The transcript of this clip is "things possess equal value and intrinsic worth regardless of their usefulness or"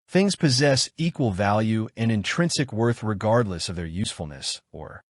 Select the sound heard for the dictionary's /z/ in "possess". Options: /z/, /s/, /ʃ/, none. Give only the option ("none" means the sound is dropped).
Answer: /z/